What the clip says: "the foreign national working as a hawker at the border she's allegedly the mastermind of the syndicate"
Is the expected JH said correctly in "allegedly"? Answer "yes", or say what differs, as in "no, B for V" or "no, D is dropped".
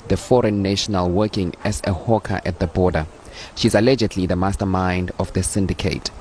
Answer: yes